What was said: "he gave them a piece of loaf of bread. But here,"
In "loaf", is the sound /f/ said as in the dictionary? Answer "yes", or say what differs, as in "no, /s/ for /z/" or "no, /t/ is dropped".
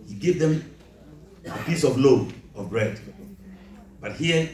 no, /f/ is dropped